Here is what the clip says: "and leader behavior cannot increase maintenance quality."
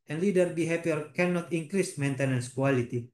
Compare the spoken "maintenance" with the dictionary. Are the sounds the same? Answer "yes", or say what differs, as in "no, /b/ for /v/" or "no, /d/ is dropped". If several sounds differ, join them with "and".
yes